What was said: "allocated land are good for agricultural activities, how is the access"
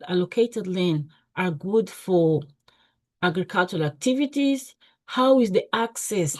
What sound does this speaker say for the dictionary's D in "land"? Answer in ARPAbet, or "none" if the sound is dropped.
none